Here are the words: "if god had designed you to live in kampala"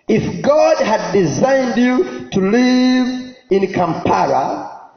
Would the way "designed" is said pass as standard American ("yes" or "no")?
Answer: yes